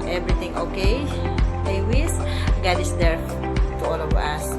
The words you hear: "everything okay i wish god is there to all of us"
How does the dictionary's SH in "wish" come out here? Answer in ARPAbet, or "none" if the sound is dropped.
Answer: S